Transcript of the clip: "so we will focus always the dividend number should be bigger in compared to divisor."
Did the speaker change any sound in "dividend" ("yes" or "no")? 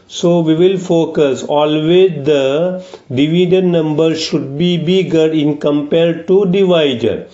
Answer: yes